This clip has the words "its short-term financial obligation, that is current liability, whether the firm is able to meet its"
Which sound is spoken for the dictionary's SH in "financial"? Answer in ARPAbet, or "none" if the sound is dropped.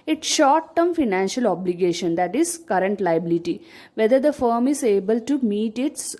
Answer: SH